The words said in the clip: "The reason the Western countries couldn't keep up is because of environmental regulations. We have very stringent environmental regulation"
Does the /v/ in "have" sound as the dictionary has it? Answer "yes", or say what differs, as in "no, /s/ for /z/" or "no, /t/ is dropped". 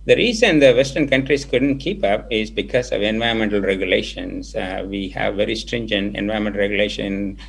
yes